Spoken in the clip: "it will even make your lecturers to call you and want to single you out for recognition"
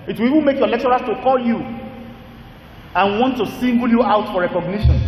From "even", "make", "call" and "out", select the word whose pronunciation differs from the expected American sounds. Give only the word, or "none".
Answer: even